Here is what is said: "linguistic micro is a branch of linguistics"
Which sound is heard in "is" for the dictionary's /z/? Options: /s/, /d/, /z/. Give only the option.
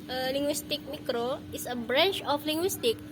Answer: /s/